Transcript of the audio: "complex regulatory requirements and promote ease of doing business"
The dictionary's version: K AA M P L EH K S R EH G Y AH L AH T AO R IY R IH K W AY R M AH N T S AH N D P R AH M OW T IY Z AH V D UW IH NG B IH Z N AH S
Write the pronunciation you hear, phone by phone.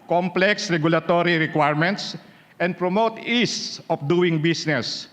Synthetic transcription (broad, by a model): K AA M P L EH K S R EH G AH L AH T AO R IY R IH K W AY R M AH N T S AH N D P R AH M OW T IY S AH F D UW IH NG B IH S N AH S